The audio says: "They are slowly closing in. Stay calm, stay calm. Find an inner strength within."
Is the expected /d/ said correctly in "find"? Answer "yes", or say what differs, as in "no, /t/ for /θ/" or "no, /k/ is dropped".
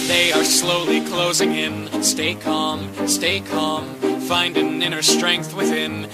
yes